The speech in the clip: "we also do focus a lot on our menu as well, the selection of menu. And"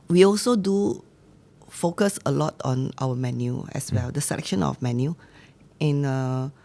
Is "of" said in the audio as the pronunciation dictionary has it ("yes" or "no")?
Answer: no